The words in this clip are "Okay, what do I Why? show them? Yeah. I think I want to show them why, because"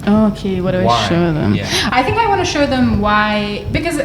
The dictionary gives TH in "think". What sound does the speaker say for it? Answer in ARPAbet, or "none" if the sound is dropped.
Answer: TH